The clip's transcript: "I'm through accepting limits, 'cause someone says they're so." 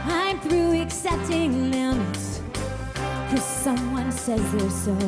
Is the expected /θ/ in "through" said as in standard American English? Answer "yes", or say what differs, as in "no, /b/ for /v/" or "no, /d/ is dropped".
yes